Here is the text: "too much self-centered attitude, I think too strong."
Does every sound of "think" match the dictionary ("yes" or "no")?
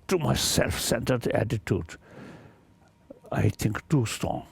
no